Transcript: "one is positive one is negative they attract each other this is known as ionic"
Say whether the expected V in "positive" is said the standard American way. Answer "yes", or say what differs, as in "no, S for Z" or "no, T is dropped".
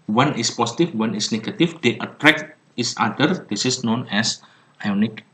no, F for V